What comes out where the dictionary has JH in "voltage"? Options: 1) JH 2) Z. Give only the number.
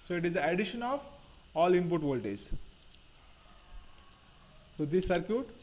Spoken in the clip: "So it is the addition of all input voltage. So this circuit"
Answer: 2